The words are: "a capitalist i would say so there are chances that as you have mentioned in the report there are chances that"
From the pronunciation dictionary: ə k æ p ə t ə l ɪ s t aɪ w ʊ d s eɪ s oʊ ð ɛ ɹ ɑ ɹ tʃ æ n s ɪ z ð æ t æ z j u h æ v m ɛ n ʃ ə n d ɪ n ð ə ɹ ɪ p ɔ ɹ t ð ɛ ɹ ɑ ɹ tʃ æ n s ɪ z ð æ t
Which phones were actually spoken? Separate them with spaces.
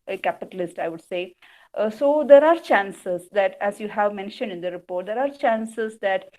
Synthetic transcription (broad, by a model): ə k æ p ə t ə l ɪ s t aɪ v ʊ d s eɪ s oʊ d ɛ ɹ ɑ ɹ tʃ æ n s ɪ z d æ t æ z j u h æ v m ɛ n ʃ ə n d ɪ n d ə ɹ ɪ p ɔ ɹ t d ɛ ɹ ɑ ɹ tʃ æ n s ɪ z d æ t